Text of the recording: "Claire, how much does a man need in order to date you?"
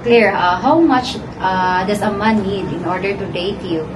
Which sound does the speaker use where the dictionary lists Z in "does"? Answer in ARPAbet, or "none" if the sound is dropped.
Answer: S